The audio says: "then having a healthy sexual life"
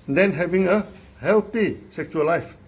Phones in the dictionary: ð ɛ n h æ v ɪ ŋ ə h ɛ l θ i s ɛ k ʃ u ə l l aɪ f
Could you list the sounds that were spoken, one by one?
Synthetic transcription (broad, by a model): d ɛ n h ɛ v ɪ ŋ ə h ɛ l t i s ɛ k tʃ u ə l l aɪ f